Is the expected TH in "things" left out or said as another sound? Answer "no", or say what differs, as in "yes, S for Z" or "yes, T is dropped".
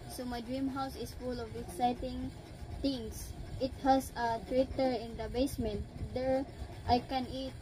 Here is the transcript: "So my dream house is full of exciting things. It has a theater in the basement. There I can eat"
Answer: yes, T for TH